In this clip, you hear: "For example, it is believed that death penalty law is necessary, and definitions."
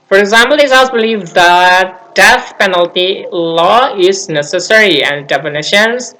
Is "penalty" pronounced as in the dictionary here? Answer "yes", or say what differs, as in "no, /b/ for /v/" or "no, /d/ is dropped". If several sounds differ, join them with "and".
yes